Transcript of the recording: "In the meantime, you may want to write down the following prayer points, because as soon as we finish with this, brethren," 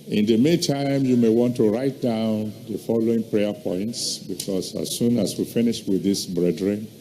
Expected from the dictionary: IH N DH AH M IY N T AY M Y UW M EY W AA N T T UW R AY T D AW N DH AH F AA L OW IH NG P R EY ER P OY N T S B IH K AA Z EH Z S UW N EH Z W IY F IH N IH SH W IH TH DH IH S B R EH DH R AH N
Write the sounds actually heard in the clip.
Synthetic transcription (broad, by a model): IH N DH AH M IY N T AY M Y UW M EY W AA N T T UW R AY T D AW N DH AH F AA L OW IH NG P R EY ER P OY N T S B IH K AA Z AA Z S UW N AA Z W IY F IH N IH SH W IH DH IH S B R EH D R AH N